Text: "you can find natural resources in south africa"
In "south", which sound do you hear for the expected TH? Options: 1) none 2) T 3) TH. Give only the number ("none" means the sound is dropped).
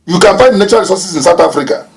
2